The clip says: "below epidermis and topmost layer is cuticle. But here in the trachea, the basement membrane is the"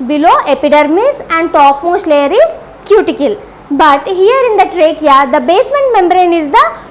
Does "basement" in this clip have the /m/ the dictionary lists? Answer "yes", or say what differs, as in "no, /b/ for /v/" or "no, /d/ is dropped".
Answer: yes